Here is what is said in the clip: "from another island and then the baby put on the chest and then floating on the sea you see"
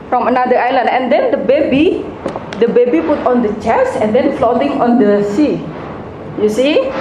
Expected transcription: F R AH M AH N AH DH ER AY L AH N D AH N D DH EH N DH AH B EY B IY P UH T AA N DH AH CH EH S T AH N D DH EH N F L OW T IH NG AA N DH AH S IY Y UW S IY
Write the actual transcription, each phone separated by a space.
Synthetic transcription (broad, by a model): F R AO M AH N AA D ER AY L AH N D AH N D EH N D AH B EY B IY P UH T AA N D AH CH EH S AH N D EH N F L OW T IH NG AA N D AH S IY Y UW S IY